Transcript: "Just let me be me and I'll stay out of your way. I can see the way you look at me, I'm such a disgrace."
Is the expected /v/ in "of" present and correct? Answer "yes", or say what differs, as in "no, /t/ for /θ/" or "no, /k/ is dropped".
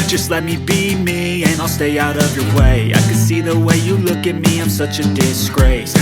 yes